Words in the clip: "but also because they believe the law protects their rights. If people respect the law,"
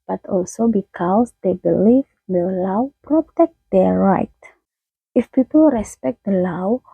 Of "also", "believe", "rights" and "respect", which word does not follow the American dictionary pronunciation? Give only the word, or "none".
rights